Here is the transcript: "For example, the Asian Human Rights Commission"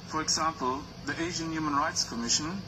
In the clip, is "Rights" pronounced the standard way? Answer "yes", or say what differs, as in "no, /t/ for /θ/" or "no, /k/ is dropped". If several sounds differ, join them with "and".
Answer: yes